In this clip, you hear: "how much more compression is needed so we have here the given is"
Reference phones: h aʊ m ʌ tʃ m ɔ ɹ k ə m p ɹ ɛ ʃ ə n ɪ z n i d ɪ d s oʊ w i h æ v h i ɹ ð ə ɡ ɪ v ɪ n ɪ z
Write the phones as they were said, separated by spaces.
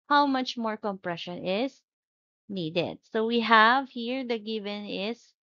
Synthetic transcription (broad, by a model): h aʊ m ʌ tʃ m ɔ ɹ k ə m p ɹ ɛ ʃ ə n ɪ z n i d ɪ d s oʊ w i h æ v h i ɹ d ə ɡ ɪ v ɪ n ɪ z